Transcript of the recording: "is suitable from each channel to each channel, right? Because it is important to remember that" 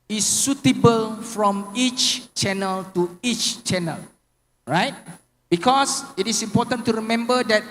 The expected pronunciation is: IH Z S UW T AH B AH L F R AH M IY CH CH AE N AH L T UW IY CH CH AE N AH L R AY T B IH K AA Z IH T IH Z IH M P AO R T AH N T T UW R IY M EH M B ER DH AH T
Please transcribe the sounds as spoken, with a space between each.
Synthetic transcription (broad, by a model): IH S UW T AH B AH L F R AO M IY CH CH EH N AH L T UW IY CH CH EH N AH L R AY T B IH K AA S IH T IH S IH M P AO T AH N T T UW R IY M EH M B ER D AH T